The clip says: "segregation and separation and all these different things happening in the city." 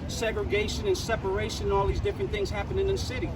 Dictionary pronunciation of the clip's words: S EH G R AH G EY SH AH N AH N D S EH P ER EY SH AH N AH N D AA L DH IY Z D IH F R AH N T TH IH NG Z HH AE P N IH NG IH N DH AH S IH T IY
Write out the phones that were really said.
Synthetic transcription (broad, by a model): S EH G R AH G EY SH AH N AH N S EH P ER EY SH AH N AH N AA L DH IY Z D IH F R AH N TH IH NG Z HH AE P IH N IH N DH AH S IH T IY